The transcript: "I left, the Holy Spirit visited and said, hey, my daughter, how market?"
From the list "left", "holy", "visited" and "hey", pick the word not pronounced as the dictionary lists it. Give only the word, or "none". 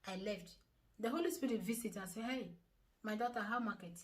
visited